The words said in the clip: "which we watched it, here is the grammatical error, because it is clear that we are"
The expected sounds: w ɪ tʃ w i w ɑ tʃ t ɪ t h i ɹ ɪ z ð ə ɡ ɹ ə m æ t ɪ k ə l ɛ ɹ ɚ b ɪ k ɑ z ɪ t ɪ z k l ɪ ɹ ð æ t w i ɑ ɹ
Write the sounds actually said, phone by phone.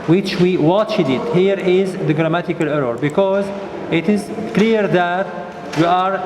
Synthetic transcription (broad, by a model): w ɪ tʃ w i w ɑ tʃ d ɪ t h i ɹ ɪ z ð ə ɡ ɹ ə m æ t ɪ k ə l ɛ ɹ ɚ b ɪ k ɑ z ɪ t ɪ z k l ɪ ɹ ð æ t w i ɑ ɹ